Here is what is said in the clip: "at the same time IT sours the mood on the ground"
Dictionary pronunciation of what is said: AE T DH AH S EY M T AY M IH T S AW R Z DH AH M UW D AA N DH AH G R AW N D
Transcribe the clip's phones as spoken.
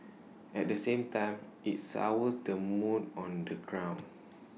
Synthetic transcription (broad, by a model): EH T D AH S EY M T AY M IH T S AW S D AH M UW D AA N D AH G R AW N